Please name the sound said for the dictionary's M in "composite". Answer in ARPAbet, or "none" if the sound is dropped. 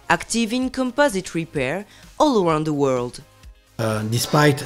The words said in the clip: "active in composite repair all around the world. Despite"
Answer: M